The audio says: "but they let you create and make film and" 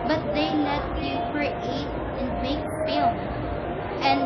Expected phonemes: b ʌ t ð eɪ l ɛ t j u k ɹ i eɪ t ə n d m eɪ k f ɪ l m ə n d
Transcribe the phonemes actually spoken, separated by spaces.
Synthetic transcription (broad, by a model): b ʌ t ð eɪ n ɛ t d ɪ k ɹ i eɪ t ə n m eɪ k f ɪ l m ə n